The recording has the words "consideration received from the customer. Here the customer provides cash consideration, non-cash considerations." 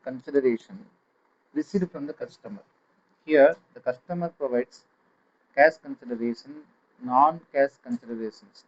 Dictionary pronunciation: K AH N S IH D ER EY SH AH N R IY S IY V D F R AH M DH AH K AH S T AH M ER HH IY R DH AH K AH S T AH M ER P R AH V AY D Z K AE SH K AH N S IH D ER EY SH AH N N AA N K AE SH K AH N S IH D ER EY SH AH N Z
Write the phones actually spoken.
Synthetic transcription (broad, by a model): K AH N S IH D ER EY SH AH N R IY S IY D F R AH M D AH K AH S T AH M ER HH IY R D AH K AH S T AH M ER P R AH V AY D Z K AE S K AH N S IH D ER EY SH AH N N AA N K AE S K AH N S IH D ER EY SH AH N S